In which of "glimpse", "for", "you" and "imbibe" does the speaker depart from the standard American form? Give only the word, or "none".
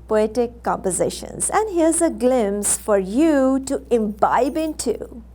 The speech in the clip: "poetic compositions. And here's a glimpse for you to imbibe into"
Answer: glimpse